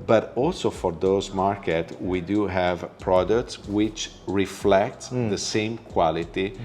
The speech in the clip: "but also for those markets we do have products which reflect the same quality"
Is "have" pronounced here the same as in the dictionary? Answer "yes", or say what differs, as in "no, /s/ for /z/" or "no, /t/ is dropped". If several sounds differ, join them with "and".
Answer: yes